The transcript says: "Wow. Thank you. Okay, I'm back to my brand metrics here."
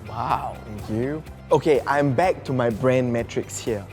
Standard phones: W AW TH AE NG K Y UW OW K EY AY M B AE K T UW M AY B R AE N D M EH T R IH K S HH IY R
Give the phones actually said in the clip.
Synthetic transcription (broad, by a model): W AW T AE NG K Y UW OW K EY AY M B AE K T UW M AY B R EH N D M EH T R IH K S HH IY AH